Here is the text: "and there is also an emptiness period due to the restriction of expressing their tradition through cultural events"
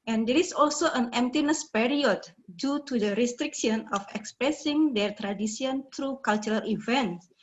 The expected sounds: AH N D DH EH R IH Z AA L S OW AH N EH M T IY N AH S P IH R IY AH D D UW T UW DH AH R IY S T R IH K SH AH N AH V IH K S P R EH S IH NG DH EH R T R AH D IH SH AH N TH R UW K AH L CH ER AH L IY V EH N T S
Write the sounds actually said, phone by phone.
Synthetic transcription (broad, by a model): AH N D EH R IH S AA L S OW AH N EH M T IY N AH S P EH R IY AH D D UW T UW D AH R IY S T R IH K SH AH N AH F IH K S P R EH S IH NG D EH R T R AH D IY S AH N T R UW K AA L CH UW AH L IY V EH N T S